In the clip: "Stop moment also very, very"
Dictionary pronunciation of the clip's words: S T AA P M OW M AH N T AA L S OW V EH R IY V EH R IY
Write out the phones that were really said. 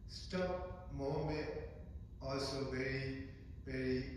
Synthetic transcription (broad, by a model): S T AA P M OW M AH AA L S OW V EH R IY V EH R IY